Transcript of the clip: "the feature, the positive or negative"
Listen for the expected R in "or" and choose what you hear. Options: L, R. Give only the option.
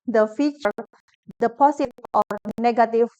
R